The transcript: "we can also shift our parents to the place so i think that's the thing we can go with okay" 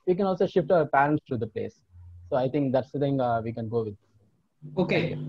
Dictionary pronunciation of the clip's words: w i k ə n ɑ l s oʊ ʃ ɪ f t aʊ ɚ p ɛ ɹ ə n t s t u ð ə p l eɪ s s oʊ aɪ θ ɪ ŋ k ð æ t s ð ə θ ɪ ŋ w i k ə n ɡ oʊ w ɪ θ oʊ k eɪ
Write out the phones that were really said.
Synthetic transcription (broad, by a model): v i k ə n ɑ l s oʊ ʃ ɪ f t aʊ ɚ p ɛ ɹ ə n t s t u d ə p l eɪ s s oʊ aɪ t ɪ ŋ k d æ t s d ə t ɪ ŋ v i k ə n ɡ oʊ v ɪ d oʊ k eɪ